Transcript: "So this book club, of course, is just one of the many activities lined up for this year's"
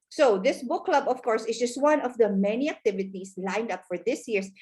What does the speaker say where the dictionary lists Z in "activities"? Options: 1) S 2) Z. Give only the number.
1